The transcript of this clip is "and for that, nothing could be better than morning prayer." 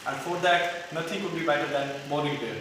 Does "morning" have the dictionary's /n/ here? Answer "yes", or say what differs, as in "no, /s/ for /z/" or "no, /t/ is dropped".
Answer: no, /n/ is dropped